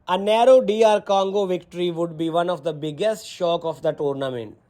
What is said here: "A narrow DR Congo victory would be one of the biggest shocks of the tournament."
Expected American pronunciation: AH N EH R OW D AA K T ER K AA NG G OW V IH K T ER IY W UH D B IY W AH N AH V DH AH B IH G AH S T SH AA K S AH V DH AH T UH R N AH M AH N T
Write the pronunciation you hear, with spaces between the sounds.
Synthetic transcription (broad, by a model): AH N EH R OW D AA T K AA NG G OW V IH K T ER IY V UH D B IY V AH N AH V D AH B IH G AH S T SH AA K AH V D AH T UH R N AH M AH N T